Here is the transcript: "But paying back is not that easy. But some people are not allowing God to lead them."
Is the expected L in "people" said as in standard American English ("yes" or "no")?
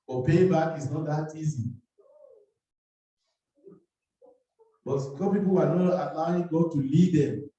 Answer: no